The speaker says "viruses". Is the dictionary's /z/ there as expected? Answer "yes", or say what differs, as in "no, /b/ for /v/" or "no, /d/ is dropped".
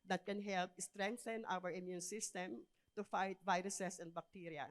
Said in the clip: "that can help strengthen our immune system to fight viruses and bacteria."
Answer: no, /s/ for /z/